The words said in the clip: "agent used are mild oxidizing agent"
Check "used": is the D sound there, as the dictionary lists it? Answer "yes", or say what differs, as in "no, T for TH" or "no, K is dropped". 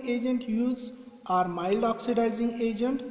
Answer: no, D is dropped